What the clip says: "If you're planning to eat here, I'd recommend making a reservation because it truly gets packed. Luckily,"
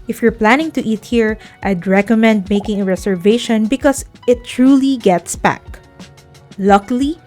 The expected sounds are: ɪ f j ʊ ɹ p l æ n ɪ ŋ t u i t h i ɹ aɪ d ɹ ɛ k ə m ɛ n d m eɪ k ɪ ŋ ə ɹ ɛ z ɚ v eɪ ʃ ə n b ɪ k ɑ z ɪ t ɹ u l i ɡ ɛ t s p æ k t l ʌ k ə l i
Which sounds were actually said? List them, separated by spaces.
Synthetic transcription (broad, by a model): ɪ f j ʊ ɹ p l æ n ɪ ŋ t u i t h i ɹ aɪ d ɹ ɛ k ə m ɛ n d m eɪ k ɪ ŋ ə ɹ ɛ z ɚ v eɪ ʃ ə n b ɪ k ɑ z ɪ t ɹ u l i ɡ ɛ t s b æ k l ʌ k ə l i